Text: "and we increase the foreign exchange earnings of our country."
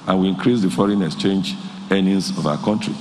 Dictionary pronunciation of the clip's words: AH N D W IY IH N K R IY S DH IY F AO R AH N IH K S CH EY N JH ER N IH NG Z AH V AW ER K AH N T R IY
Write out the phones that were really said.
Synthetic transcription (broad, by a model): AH N W IY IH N K R IY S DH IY F AO R AH N IH K S CH EY N JH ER N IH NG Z AH V AW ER K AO N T R IY